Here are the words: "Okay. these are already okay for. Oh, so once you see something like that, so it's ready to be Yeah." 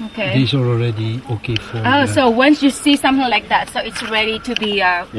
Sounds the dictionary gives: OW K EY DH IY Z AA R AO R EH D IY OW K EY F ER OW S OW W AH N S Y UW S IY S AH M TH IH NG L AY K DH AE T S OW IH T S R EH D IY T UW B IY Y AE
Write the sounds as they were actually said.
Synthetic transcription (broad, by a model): OW K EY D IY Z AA L AO R EH D IY OW K EY F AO OW S OW W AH N S Y UW S IY S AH M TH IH NG L AY K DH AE T S OW IH T S R EH D IY T UW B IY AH